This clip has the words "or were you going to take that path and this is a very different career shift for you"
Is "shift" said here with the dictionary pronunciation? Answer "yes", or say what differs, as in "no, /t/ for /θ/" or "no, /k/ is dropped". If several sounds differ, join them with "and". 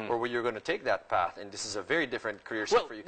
no, /s/ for /ʃ/